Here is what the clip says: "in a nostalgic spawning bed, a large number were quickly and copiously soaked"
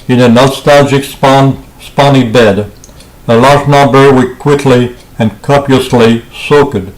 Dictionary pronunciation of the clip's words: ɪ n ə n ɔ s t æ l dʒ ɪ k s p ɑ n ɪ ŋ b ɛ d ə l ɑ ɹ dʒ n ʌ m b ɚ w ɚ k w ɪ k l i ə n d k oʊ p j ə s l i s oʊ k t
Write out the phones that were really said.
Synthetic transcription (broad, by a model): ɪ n ə n ɔ s t æ l dʒ ɪ k s p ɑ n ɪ b ɛ d ə l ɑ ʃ n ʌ b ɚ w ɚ k w ɪ k l i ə n k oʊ p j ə s l i s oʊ k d